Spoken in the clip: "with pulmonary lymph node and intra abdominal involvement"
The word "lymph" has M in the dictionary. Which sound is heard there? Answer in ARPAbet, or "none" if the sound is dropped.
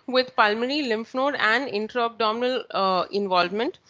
M